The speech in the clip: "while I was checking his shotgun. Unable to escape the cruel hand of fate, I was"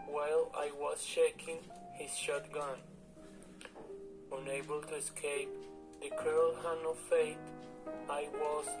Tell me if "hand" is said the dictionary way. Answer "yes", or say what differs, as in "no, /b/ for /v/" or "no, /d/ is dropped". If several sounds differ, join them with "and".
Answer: no, /d/ is dropped